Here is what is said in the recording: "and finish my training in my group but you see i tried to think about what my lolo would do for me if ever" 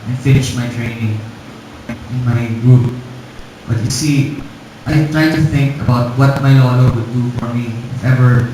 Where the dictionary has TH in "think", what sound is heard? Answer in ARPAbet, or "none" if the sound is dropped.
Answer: TH